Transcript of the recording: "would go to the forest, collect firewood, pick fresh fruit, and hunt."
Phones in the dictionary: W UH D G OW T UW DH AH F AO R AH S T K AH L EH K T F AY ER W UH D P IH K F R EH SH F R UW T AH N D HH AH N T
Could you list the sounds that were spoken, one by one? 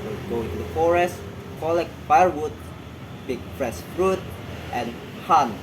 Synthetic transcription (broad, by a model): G OW T UW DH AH F AO R AH S T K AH L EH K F AY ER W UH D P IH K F R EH S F R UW T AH N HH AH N